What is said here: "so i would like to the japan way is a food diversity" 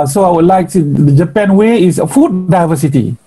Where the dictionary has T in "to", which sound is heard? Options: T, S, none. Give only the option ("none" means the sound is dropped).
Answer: S